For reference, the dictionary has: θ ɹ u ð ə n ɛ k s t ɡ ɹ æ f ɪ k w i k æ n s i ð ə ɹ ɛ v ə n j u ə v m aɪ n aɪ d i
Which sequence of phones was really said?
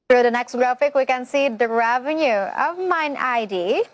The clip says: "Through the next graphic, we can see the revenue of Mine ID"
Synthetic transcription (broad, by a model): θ ɹ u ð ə n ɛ k s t ɡ ɹ æ f ɪ k w i k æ n s i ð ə ɹ ɛ v ə n j u ə v m aɪ n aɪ d i